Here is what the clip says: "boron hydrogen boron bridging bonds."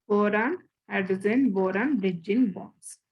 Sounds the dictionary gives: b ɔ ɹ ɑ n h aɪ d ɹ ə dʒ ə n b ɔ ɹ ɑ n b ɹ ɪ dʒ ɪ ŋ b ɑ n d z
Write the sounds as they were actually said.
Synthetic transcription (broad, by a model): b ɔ ɹ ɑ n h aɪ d ə z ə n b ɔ ɹ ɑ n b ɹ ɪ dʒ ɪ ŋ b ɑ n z